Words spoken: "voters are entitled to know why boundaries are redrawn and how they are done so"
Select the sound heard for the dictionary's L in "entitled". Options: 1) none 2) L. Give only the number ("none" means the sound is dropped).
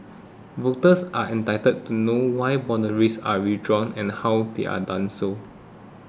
1